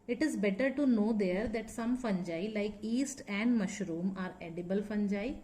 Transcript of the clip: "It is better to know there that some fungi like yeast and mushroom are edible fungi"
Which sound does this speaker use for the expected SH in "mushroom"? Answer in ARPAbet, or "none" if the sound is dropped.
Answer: SH